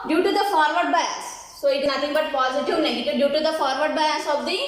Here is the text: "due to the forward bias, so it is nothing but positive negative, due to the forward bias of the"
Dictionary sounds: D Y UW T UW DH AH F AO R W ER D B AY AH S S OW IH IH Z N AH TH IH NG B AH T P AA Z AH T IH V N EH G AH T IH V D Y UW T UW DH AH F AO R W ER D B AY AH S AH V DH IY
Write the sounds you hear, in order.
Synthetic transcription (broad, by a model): D Y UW T UW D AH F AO R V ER D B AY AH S S OW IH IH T N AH T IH NG B AH T P AA Z AH T IH V N EH G AH T IH V D Y UW T UW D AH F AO R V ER D B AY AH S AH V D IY